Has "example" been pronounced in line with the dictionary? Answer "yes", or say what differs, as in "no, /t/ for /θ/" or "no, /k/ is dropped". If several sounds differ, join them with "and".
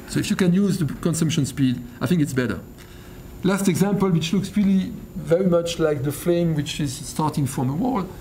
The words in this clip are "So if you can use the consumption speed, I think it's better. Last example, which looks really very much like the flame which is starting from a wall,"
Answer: yes